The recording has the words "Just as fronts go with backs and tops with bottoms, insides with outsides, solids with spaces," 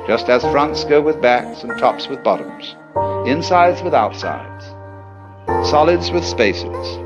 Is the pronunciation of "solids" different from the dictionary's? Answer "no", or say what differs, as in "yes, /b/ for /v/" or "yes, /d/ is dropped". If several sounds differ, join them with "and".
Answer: no